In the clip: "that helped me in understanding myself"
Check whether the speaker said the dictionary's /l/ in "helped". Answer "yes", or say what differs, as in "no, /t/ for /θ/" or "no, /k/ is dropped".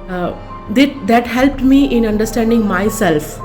yes